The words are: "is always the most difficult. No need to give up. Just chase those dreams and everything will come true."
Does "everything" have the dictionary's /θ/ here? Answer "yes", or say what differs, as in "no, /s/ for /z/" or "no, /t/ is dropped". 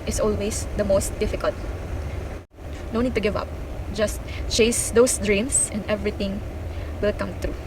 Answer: no, /t/ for /θ/